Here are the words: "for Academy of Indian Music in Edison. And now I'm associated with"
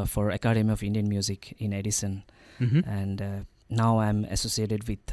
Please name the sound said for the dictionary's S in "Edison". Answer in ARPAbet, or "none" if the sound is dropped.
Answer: S